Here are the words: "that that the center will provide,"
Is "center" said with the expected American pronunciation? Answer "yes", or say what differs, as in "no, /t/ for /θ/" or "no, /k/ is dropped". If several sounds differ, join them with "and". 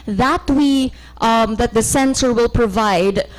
no, /s/ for /t/